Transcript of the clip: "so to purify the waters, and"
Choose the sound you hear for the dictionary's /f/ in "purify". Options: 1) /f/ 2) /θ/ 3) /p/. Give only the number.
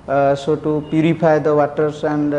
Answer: 3